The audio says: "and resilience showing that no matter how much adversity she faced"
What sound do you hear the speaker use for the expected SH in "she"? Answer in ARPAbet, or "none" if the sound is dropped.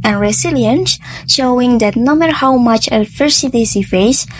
S